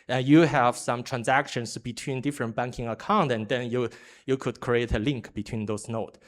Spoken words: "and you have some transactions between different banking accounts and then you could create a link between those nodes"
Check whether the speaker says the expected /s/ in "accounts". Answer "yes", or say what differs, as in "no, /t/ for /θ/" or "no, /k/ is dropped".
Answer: no, /s/ is dropped